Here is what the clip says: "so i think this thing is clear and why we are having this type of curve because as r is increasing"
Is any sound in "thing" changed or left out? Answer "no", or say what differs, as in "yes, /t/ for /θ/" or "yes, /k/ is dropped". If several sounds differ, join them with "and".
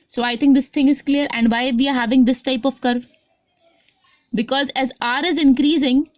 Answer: yes, /t/ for /θ/